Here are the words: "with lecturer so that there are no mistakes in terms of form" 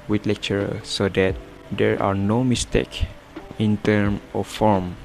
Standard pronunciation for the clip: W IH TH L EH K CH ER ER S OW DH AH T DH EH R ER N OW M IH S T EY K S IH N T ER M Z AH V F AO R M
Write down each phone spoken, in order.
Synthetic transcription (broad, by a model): W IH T L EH K CH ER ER S OW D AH T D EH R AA N OW M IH S T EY K IH N T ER M AH F AO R M